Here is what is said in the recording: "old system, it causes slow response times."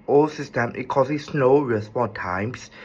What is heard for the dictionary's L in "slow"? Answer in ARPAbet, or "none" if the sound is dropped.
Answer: N